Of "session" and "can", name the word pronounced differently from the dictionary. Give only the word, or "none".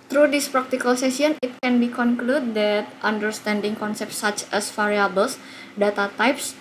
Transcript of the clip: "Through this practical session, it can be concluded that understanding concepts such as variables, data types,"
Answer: session